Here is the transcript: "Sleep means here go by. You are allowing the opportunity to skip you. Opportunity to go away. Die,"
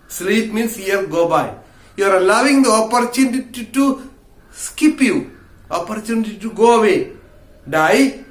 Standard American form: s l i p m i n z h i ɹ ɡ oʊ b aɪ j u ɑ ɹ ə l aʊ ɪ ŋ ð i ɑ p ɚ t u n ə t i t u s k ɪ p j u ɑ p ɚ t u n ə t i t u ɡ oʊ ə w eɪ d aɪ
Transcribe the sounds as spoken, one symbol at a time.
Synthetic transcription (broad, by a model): s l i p m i n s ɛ l ɡ oʊ b aɪ j u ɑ ɹ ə l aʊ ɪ ŋ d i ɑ p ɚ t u n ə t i t u s k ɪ p j u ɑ p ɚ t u n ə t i t u ɡ oʊ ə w eɪ d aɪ